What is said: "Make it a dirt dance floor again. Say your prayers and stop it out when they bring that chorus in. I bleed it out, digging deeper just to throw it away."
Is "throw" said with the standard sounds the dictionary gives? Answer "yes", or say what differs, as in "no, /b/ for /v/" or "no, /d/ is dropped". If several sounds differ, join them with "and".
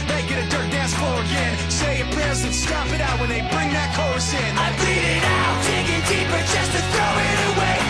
yes